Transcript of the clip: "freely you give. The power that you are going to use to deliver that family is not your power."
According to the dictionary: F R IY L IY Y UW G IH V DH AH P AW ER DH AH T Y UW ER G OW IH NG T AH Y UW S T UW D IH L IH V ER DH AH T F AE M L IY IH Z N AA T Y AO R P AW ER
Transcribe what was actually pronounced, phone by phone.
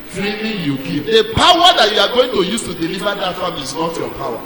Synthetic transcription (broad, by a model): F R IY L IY Y UW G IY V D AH P AW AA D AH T Y UW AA G OW IH NG T AH Y UW S T UW D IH L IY V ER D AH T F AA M IY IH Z N AA T Y AO P AW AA